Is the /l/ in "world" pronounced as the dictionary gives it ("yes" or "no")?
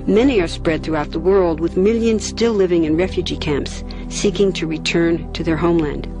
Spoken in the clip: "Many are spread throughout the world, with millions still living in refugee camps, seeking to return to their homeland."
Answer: yes